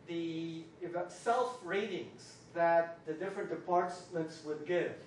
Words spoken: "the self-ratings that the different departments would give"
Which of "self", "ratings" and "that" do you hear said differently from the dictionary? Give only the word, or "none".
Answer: none